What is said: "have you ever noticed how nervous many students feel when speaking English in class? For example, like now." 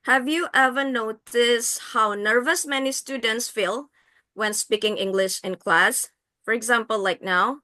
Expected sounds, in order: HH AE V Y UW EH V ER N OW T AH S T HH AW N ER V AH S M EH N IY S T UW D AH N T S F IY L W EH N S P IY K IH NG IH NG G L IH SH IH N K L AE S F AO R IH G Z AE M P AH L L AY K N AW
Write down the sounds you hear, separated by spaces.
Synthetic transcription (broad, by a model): HH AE V Y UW EH V ER N OW T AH S HH AW N ER V AH S M EH N IY S T UW D AH N T S F IY L W EH N S P IY K IH NG IH NG G L IH SH IH N K L AE S F AO R IH G Z AE M P AH L L AY K N AW